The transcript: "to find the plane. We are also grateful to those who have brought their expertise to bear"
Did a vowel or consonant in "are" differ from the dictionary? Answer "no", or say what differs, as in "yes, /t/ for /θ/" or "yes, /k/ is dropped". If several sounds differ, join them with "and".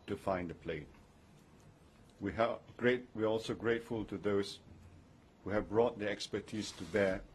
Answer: yes, /w/ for /ɹ/